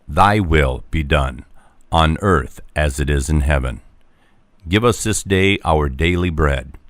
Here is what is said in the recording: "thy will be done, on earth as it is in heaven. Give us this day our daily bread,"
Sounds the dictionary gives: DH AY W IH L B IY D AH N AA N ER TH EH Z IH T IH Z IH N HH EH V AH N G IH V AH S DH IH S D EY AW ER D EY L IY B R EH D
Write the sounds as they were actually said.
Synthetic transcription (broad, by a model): DH AY W IH L B IY D AH N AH N ER TH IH Z IH T IH Z IH N HH EH V AH N G IH V AH S DH IH S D EY AW ER D EY L IY B R EH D